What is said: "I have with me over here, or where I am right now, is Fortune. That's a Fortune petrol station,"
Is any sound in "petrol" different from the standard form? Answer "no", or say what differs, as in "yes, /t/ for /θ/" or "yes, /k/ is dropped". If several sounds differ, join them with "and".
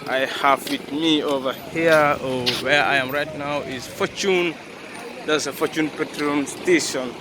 yes, /n/ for /l/